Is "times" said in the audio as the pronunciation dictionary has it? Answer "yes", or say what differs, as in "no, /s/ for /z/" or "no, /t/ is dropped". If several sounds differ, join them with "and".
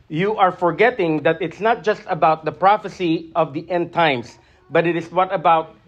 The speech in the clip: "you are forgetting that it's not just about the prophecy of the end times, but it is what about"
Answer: no, /s/ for /z/